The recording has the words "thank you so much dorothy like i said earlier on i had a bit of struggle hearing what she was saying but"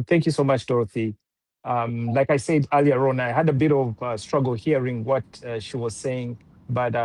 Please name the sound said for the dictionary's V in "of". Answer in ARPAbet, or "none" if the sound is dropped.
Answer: V